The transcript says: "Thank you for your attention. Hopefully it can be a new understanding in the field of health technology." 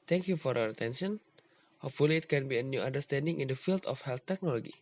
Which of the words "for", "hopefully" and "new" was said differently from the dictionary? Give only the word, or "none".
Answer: hopefully